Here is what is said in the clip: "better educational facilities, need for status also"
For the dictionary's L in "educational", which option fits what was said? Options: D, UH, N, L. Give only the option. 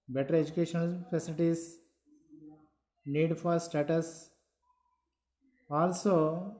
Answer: N